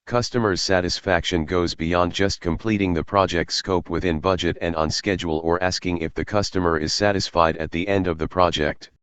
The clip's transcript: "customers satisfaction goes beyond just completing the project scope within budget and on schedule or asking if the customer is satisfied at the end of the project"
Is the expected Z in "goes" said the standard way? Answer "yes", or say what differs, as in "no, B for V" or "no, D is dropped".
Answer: yes